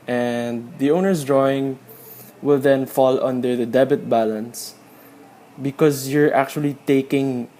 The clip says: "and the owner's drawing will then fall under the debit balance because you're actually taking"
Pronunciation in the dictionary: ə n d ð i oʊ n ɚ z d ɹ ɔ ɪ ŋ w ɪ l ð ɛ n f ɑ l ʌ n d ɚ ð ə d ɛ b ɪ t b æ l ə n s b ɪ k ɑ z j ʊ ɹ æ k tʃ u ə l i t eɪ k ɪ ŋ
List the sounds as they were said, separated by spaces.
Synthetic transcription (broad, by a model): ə n d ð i oʊ n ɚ s d ɹ ɔ ɪ ŋ w ɪ l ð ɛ n f ɑ l ʌ n d ɚ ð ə d ɛ b ɪ t b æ l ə n s b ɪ k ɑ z j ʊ ɹ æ k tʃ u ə l i t eɪ k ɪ ŋ